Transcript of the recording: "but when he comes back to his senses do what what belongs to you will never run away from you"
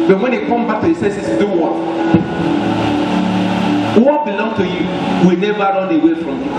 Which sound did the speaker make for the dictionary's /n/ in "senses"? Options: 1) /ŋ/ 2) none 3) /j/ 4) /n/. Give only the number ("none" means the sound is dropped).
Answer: 2